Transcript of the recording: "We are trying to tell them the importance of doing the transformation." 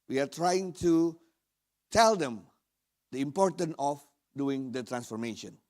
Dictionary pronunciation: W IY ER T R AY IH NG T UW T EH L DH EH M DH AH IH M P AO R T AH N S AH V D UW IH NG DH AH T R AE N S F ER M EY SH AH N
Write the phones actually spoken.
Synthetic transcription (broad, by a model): W IY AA T R AY IH NG T UW T EH L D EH M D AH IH M P AO R T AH N AH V D UW IH NG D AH T R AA N S F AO M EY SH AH N